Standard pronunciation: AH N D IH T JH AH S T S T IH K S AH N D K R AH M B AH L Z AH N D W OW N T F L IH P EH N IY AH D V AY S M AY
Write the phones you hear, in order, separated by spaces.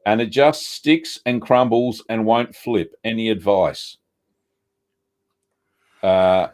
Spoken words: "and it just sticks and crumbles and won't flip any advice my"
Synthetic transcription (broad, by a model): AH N IH T JH AH S T S T IH K S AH N K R AH M B L Z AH N W OW N T F L IH P EH N IY AH D V AY S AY